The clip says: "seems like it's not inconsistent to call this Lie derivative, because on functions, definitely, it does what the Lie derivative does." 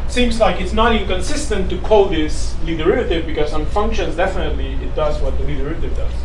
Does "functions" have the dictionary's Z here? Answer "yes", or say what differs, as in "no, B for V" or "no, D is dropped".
yes